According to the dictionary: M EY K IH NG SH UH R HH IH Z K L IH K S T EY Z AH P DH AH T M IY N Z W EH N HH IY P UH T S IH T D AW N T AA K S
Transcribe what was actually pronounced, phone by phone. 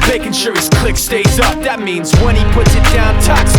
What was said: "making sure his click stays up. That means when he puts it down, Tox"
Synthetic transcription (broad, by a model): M EY K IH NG SH UH R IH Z K L IH K S T EY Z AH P DH AH T M IY N Z W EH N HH IY P UH T S IH T D AW N T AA K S